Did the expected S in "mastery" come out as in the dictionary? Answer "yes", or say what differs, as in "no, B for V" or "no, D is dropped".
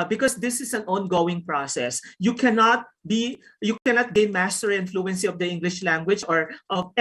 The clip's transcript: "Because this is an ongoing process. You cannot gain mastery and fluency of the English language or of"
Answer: yes